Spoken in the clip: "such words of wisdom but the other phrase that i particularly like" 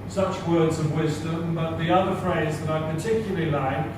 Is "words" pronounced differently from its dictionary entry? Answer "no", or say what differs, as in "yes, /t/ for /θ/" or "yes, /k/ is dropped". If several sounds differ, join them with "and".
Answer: no